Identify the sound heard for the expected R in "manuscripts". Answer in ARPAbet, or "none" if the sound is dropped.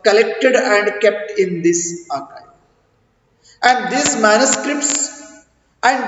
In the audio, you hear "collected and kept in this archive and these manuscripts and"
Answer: R